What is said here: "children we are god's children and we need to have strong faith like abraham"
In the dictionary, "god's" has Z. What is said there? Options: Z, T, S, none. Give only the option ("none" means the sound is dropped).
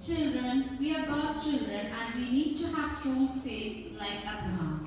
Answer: none